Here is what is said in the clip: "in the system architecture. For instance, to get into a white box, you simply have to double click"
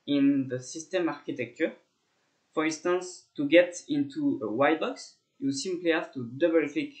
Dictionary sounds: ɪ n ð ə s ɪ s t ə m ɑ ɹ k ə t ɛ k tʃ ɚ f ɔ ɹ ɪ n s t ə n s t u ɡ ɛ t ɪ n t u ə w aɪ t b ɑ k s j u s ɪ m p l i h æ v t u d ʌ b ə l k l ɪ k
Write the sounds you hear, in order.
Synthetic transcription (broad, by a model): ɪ n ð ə s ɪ s t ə m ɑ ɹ k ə t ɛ k tʃ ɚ f ɔ ɹ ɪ n s t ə n s t u ɡ ɛ t ɪ n t u ə w aɪ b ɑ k s j u s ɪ m p l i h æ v t u d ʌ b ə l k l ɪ k